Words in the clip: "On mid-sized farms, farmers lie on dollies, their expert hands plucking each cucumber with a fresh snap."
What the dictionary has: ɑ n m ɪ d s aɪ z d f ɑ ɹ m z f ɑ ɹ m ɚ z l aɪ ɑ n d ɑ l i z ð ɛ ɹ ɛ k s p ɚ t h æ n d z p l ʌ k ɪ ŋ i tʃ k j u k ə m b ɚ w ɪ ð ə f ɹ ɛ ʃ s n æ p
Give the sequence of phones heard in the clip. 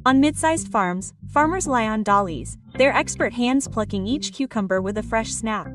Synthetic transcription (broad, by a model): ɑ n m ɪ d s aɪ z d f ɑ ɹ m z f ɑ ɹ m ɚ z l aɪ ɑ n d ɑ l i z ð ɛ ɹ ɛ k s p ɚ t h æ n d z p l ʌ k ɪ ŋ i tʃ k j u k ə m b ɚ w ɪ ð ə f ɹ ɛ ʃ s n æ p